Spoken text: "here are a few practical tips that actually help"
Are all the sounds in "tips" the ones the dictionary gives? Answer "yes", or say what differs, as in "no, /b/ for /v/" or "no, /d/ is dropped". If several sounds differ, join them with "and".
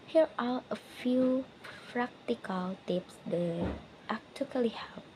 yes